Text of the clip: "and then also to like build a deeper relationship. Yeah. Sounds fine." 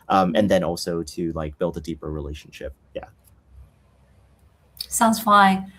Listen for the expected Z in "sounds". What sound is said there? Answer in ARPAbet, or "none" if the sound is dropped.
Z